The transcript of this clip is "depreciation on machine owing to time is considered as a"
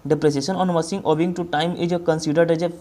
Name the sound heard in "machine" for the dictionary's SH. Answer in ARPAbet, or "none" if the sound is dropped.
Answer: S